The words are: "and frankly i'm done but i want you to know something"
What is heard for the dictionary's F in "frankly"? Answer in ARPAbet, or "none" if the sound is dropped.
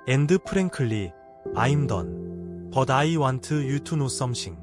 P